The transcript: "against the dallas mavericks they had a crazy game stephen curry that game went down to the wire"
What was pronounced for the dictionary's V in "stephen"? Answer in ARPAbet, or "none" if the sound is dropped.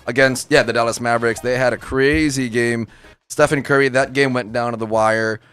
F